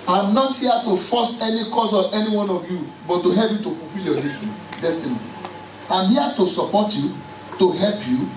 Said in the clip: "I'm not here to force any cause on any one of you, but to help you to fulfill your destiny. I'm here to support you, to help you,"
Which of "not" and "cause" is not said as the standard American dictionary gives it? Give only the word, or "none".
cause